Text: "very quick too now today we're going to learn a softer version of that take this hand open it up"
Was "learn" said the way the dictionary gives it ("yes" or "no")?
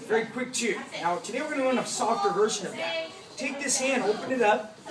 no